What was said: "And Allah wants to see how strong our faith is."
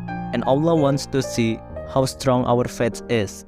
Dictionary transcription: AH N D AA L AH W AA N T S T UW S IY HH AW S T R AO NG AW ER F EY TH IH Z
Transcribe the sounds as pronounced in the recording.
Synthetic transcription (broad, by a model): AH N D AA L AH W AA N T S T UW S IY HH AW S T R AO NG AW ER F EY S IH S